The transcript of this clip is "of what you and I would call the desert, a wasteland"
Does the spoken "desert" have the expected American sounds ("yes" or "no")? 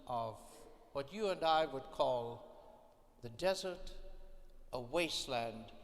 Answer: yes